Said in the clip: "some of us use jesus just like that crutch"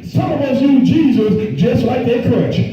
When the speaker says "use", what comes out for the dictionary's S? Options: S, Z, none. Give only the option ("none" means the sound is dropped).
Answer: none